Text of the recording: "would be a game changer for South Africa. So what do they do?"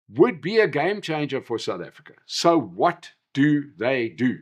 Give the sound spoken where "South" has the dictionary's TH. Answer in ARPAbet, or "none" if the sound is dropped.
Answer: TH